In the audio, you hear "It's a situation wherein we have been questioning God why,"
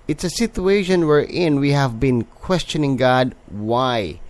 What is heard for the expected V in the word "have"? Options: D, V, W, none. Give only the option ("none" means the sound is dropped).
V